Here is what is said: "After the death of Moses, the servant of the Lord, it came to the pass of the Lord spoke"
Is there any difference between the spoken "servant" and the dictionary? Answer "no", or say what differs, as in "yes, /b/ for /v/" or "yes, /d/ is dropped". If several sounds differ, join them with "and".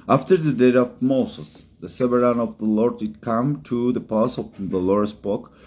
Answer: yes, /v/ is dropped and /t/ is dropped